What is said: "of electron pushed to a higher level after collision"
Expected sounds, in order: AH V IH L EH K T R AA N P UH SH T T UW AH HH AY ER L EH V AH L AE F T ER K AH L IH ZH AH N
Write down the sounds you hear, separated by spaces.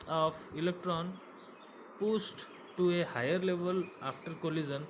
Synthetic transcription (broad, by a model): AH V IH L EH K T R AA N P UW S T T UW AH HH AY ER L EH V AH L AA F T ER K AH L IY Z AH N